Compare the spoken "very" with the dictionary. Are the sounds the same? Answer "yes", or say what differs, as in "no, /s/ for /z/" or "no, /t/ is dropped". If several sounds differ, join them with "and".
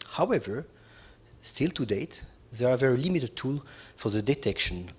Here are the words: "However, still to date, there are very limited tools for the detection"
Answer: yes